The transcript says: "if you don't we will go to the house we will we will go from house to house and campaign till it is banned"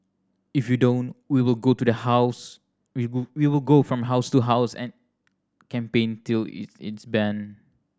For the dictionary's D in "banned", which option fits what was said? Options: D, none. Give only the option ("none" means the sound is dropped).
none